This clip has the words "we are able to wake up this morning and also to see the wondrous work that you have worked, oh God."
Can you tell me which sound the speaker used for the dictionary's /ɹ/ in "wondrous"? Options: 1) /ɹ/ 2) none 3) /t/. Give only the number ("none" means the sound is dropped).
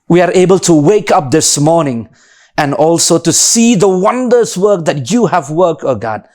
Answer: 2